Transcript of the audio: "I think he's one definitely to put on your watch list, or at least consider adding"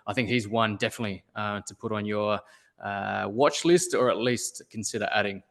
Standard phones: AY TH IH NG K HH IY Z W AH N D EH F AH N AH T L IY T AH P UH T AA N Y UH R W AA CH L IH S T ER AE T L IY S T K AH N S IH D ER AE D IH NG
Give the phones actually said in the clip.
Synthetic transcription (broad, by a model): AY TH IH NG K HH IY Z W AH N D EH F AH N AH T L IY T AH P UH T N Y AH R W AA CH L IH S T ER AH T L IY S T K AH N S IH D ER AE D IH NG